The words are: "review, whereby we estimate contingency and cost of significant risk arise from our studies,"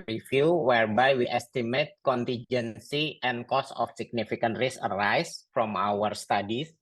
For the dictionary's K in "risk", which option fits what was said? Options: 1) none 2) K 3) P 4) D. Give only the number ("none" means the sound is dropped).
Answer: 1